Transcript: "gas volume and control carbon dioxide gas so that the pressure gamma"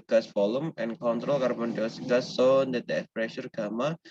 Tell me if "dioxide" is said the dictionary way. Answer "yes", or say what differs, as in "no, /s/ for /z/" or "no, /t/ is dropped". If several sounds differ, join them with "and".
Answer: no, /k/ is dropped